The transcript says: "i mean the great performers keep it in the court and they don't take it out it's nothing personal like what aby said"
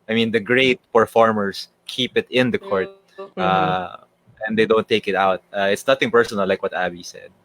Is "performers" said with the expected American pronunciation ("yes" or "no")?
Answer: no